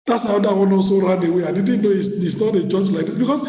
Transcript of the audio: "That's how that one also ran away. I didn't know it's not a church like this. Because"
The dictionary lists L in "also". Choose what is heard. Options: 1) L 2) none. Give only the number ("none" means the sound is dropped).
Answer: 2